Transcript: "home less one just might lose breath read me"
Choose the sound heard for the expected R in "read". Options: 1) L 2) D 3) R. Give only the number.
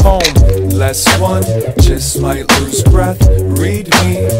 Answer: 3